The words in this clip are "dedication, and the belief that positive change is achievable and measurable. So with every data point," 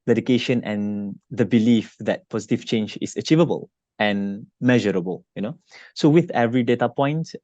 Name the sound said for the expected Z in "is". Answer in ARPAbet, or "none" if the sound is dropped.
S